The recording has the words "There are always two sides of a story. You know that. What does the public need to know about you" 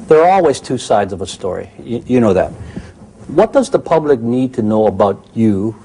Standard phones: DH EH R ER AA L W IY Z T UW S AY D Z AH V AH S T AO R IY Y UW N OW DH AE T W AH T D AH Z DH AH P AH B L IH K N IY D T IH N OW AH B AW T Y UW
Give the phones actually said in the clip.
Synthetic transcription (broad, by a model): DH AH R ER AA L W IY Z T UW S AY D Z AH V AH S T AO R IY Y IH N OW DH AE T W AH T D AH Z DH AH P AH B L IH K N IY D T IH N OW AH B AW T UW